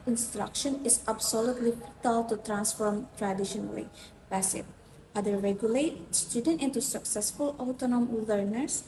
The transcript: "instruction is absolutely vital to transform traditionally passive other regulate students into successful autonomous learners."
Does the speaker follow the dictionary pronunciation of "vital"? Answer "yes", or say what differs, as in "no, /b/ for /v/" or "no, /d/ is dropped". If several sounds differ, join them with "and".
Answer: no, /f/ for /v/